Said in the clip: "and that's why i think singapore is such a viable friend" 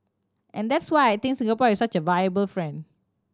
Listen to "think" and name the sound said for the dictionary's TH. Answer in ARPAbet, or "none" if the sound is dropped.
T